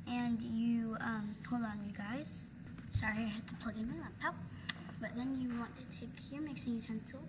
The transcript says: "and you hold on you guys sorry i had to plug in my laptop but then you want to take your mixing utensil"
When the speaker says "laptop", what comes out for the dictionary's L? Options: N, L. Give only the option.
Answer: N